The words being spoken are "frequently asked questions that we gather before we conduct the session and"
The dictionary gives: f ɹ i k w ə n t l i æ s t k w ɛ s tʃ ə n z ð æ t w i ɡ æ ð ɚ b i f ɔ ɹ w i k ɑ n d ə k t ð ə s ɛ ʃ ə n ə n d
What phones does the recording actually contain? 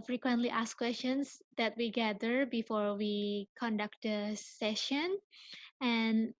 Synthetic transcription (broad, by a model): f ɹ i k w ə n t l i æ s k w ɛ s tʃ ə n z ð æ t w i ɡ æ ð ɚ b i f ɔ ɹ w i k ɑ n d ə k t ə s ɛ ʃ ə n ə n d